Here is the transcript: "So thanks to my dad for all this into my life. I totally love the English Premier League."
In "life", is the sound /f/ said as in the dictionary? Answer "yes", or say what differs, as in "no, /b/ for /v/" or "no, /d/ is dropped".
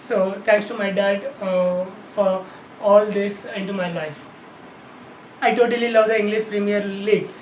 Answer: yes